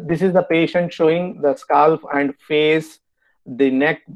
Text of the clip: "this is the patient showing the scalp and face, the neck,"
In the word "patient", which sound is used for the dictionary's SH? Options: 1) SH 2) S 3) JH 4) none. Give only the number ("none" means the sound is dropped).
1